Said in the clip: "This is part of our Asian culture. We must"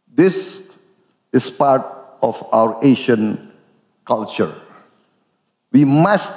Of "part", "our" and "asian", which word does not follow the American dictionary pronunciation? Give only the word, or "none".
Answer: asian